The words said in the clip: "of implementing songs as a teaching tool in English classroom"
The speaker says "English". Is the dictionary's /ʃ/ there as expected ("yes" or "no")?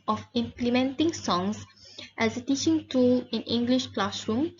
yes